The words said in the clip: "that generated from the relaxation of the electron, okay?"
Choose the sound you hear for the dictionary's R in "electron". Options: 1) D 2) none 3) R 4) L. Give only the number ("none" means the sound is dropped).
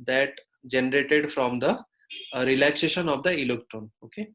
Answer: 2